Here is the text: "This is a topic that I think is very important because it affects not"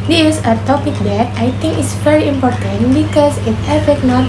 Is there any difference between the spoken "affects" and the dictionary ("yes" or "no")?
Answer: yes